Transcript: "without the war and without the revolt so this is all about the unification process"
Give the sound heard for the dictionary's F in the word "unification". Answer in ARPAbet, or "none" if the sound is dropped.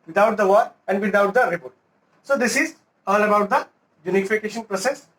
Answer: F